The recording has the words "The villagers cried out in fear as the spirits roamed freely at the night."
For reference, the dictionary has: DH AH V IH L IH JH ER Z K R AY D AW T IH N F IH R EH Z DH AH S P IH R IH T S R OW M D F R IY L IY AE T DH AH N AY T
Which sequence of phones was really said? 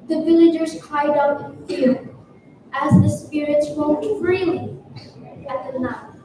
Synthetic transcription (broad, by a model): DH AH V IH L IH JH ER Z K AY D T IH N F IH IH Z DH AH S P IH R IH T S W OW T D F R IY L IY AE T DH AH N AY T